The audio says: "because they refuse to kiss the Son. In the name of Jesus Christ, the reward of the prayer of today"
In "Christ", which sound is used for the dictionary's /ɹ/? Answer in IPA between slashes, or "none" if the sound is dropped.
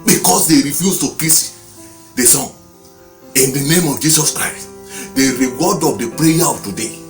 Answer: /ɹ/